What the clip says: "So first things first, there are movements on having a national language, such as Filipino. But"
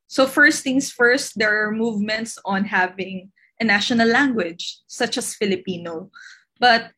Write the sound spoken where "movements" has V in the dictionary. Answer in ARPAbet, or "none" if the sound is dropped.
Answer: V